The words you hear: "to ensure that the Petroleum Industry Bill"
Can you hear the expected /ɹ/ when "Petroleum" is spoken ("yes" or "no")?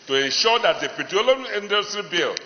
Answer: no